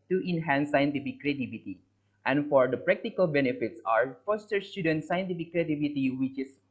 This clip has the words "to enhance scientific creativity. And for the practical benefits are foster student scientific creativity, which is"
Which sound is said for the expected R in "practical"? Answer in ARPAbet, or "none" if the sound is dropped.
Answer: R